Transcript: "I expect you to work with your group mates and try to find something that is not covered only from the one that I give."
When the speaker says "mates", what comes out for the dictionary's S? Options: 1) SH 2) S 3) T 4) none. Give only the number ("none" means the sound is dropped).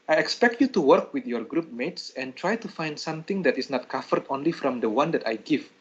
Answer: 2